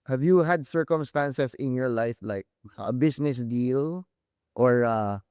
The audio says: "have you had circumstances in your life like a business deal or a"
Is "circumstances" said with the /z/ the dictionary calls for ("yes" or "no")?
no